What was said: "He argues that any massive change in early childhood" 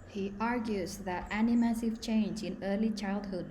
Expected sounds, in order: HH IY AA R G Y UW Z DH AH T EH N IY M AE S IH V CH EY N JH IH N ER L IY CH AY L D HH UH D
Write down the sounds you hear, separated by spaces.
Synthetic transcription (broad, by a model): HH IY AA R G Y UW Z DH AH T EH N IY M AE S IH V CH EY N JH IH N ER L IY CH AY L D HH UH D